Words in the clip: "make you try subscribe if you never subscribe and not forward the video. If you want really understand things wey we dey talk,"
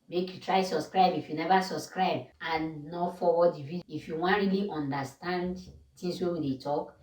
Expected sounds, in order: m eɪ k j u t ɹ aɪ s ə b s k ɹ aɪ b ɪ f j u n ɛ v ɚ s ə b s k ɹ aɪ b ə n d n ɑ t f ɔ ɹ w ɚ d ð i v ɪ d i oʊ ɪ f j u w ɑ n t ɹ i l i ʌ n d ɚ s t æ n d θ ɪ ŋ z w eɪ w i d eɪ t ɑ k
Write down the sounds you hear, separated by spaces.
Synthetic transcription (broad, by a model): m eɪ k j u t ɹ aɪ s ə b s k ɹ aɪ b ɪ f j u n ɛ v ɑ s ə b s k ɹ aɪ b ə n n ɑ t f ɔ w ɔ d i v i ɪ f j u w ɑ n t ɹ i l i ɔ n d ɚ s t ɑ n d t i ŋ s w eɪ w i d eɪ t ɑ k